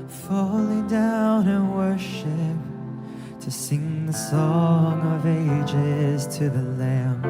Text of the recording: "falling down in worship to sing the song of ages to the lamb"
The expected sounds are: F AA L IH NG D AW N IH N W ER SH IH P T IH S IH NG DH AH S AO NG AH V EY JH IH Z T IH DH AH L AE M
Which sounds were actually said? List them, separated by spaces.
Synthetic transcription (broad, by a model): F AA L IH NG D AW N IH N W ER SH IH P T IH S IH NG DH AH S AO NG AH V EY JH IH Z T IH DH AH L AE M